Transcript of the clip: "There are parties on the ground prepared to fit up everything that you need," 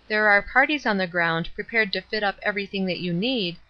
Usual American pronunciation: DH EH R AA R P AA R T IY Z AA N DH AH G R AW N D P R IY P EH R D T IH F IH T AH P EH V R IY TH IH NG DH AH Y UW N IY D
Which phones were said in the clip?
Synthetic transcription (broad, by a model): DH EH R AA R P AA R T IY Z N DH AH G R AW N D P R IY P EH R D T IH F IH T AH P EH V R IY TH IH NG DH AH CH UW N IY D